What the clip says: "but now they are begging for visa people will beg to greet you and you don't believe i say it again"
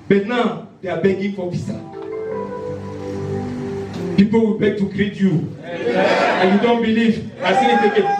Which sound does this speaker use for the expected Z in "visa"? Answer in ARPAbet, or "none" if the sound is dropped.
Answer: S